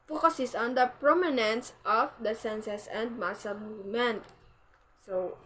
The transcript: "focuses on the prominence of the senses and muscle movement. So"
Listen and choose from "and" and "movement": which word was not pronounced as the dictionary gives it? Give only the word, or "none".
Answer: movement